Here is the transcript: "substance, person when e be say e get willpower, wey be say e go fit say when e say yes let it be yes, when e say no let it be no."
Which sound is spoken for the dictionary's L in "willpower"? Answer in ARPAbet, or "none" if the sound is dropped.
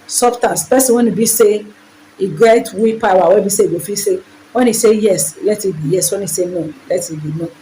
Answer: none